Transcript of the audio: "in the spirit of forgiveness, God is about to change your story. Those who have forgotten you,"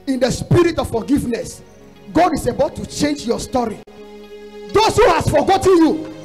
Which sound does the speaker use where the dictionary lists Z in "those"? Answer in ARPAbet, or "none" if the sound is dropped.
S